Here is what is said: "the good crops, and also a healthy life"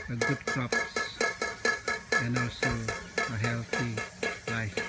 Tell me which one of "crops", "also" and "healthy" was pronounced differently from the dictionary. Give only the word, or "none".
healthy